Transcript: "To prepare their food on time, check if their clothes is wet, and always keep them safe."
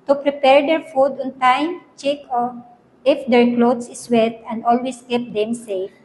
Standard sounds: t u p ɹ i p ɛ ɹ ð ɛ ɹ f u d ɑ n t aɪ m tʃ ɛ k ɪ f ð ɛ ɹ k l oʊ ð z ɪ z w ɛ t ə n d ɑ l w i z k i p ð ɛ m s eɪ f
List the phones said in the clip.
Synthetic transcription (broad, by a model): t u p ɹ i p ɛ ɹ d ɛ ɹ f u d ɑ n t aɪ m tʃ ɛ k ɪ f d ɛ ɹ k l oʊ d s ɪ s w ɛ t ə n d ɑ l w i s k i p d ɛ m s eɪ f